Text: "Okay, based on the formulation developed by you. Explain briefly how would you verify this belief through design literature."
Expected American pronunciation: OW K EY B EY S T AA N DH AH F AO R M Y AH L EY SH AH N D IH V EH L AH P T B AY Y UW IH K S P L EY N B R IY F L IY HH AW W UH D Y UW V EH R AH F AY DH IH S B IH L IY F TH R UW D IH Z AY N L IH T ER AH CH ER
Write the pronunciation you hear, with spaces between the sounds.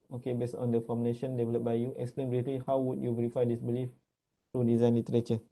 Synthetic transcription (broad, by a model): OW K EY B EY S T AA N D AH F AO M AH N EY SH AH N D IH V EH L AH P B AY Y UW IH K S P L EY N B R IY F L IY HH AW W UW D Y UW V EH R AH F AY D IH S B IH L IY F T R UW D IH Z AY N L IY T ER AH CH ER